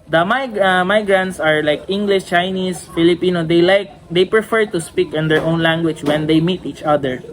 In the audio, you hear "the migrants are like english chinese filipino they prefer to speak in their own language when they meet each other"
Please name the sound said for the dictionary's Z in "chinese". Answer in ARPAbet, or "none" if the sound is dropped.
S